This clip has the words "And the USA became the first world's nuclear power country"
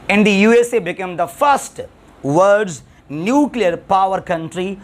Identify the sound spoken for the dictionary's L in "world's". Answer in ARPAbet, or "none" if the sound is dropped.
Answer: none